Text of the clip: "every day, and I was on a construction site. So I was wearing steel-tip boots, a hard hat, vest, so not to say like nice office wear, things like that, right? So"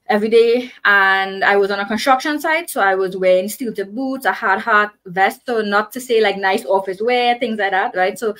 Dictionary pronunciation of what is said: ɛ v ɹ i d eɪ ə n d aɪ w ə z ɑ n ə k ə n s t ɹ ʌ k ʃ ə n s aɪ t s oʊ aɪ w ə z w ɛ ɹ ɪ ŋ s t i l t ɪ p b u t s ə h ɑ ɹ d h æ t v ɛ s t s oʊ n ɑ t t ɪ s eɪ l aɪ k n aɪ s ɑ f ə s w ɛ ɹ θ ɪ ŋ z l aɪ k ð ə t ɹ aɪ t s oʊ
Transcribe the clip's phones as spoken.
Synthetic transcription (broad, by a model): ɛ v ɹ i d eɪ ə n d aɪ w ə z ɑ n ə k ə n s t ɹ ʌ k ʃ ə n s aɪ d s oʊ aɪ w ə z w ɛ ɹ ɪ ŋ s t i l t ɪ b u t s ə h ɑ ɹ d h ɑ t v ɛ s t s oʊ n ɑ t t ɪ s eɪ l aɪ k n aɪ s ɑ f ə s w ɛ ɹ θ ɪ ŋ z l aɪ k ð ə t ɹ aɪ t s oʊ